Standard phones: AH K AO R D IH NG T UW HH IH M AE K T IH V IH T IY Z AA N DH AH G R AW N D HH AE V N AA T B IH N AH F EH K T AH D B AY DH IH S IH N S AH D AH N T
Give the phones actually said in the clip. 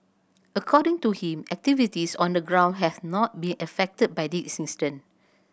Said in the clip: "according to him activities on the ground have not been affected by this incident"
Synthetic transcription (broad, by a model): AH K AO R D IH NG T UW HH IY M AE K T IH V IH T IY S AA N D AH G R AW N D HH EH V N AA T B IH N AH F EH K T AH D B AY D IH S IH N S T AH N